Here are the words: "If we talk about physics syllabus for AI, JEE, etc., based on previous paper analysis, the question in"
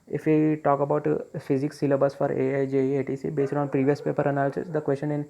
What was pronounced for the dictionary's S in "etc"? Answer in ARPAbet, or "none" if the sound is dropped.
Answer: none